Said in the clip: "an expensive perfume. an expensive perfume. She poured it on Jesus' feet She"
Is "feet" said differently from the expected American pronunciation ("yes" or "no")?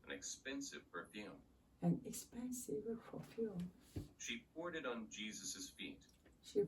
no